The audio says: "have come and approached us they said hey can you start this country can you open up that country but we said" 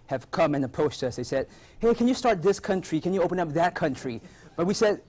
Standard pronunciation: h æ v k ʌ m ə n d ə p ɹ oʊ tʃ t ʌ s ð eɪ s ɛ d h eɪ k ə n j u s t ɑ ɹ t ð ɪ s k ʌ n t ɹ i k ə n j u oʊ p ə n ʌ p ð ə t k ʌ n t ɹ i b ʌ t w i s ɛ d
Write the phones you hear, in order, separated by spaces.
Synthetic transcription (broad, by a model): h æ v k ʌ m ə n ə p oʊ s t ʌ s ð eɪ s ɛ d h eɪ k ə n j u s t ɑ ɹ t ð ɪ s k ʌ n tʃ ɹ i k ə n j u oʊ p ə n ʌ p ð ə t k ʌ n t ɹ i b ʌ t w i s ɛ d